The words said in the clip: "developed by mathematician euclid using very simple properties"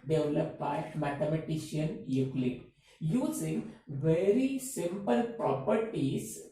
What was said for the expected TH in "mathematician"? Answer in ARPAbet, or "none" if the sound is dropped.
T